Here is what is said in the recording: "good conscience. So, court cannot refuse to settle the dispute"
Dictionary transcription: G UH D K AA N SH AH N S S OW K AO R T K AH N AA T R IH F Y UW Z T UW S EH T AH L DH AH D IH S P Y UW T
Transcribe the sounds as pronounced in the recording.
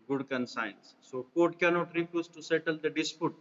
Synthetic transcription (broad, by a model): G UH D K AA N S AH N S S OW K AO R T K AH N AA T R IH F Y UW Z T UW S EH T AH L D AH D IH S P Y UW T